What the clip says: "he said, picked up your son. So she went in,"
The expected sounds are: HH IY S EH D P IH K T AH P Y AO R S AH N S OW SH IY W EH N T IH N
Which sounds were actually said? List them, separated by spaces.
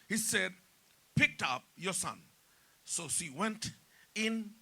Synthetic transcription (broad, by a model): HH IY S EH D P IH K T AH P Y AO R S AH N S OW SH IY W EH N T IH N